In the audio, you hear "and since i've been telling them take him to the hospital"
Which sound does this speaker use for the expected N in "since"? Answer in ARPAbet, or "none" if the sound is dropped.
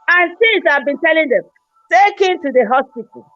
none